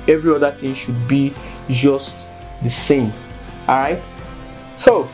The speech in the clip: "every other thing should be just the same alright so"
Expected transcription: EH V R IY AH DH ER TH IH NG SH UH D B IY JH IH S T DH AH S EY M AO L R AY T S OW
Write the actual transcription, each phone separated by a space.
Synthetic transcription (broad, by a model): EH V R IY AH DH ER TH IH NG SH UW D B IY JH IH S T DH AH S EY M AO R AY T S OW